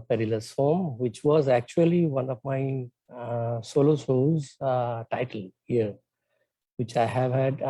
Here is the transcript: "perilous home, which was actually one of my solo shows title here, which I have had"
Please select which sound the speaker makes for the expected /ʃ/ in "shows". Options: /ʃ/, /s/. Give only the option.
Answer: /s/